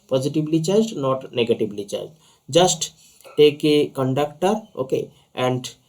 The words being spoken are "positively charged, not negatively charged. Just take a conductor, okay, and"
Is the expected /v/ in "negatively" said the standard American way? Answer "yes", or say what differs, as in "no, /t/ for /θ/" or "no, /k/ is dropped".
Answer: no, /b/ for /v/